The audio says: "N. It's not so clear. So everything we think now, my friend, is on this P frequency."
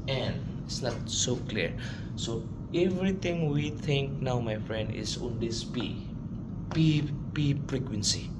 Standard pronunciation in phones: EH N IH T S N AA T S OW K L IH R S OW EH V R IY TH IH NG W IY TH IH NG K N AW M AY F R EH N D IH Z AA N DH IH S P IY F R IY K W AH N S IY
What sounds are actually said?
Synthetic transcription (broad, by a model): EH N IH T S N AA T S OW K L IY R S OW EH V R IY T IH NG W IY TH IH NG K N AW M AY F R EH N D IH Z AA N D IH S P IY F R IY K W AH N S IY